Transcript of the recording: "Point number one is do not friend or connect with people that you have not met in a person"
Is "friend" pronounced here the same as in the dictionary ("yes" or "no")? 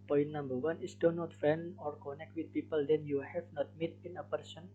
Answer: no